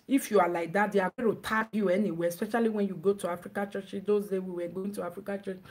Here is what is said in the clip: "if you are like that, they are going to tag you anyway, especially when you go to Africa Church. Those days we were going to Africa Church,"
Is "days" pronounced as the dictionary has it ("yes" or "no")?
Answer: no